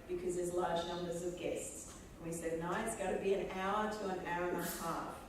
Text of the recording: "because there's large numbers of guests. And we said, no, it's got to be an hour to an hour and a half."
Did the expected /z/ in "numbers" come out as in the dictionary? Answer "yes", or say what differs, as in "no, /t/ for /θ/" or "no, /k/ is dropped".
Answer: yes